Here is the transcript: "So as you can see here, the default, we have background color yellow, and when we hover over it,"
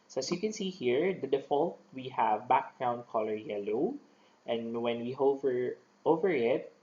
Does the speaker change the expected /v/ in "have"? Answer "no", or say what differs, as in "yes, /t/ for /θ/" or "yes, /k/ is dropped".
no